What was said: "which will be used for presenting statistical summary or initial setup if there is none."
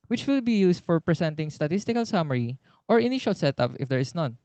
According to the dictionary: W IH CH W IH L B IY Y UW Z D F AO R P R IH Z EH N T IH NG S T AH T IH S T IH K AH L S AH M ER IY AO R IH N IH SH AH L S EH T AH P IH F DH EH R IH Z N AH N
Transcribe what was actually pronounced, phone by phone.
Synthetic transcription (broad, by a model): W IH CH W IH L B IY Y UW S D F AO R P R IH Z EH N T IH NG S T AH T IH S T IH K AH L S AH M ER IY AO R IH N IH SH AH L S EH T AH P IH F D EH R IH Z N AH N